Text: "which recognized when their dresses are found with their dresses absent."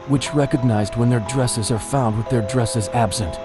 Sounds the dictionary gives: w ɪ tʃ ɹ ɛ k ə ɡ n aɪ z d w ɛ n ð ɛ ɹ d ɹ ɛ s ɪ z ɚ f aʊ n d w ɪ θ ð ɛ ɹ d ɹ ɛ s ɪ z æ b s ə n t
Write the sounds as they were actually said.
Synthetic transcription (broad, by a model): w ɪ tʃ ɹ ɛ k ə ɡ n aɪ z d w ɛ n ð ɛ ɹ d ɹ ɛ s ɪ z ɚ f aʊ n d w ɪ ð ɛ ɹ d ɹ ɛ s ɪ z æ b s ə n t